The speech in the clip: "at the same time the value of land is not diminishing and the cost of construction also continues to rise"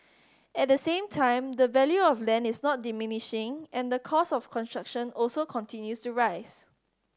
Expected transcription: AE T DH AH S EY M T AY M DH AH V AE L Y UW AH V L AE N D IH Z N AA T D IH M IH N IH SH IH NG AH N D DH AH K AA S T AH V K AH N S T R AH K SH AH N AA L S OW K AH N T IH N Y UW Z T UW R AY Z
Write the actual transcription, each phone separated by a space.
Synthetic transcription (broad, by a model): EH T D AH S EY M T AY M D AH V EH L Y UW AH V L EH N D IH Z N AA T D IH M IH N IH SH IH NG AH N D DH AH K AA S AH F K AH N S T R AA K SH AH N AA L S OW K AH N T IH N Y UW S T UW R AY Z